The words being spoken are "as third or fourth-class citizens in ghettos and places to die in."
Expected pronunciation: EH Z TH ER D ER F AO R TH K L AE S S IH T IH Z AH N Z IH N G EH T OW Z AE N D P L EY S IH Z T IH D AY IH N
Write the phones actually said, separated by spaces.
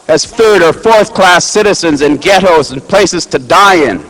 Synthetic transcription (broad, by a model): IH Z TH ER D ER F AO R TH K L AE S S IH T IH Z AH N Z IH N G EH T OW Z N P L EY S IH Z T IH D AY IH N